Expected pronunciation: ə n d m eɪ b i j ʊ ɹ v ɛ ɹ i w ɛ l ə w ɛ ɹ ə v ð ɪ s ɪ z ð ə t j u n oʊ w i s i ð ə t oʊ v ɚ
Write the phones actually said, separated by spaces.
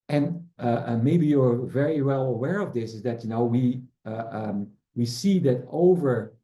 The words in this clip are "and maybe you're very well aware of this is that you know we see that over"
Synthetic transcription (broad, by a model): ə n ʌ m eɪ b i j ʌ ɹ v ɛ ɹ i w ɛ l ə w ɛ ɹ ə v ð ɪ s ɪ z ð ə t j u n oʊ w i s i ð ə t oʊ v ɚ